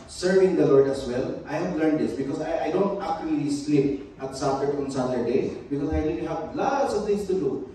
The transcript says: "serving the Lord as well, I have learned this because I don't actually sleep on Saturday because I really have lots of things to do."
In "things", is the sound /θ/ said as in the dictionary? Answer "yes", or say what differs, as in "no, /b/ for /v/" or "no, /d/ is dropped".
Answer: no, /t/ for /θ/